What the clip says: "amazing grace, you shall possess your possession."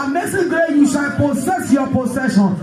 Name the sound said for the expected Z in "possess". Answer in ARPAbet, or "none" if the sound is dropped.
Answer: S